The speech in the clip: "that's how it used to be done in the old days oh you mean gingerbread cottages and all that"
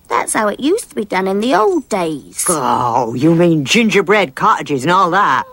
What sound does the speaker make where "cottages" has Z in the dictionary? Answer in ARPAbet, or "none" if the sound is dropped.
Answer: Z